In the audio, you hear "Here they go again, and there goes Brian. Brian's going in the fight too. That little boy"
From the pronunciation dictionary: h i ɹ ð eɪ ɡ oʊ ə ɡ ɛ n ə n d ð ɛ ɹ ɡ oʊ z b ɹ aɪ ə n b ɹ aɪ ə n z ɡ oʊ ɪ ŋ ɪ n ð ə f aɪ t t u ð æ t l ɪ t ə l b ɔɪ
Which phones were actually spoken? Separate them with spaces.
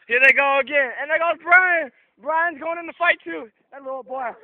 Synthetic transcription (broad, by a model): h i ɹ ð eɪ ɡ oʊ ə ɡ ɛ n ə n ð ɛ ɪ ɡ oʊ b ɹ aɪ ə n b ɹ aɪ ə n z ɡ oʊ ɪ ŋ ɪ n ð ə f aɪ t t u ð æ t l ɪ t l b ɔɪ